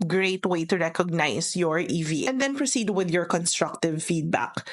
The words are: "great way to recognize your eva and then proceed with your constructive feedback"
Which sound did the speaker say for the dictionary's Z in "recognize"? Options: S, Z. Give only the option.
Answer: S